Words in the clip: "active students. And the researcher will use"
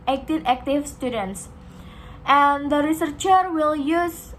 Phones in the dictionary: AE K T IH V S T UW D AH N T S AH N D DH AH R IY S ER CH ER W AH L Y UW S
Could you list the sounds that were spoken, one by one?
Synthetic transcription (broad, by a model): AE K T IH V S T UW D AH N T S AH N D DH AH R IY S ER CH ER W AH L Y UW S